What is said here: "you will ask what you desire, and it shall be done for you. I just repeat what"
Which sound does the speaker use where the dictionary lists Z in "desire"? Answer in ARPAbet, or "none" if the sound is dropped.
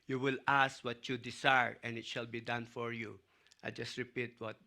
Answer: S